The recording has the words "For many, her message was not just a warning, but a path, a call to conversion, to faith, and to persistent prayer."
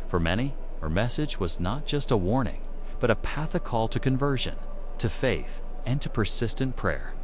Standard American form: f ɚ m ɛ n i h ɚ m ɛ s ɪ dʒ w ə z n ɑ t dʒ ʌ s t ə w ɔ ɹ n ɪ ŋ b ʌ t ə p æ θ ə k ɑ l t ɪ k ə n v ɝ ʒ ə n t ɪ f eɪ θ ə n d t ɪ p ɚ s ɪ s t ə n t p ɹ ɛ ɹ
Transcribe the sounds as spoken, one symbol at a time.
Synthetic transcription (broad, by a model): f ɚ m ɛ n i h ɚ m ɛ s ɪ dʒ w ə z n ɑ t dʒ ʌ s t ə w ɔ ɹ n ɪ ŋ b ʌ t ə p æ θ ə k ɑ l t ɪ k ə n v ɝ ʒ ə n t ɪ f eɪ θ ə n t ɪ p ɚ s ɪ s t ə n p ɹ ɛ ɹ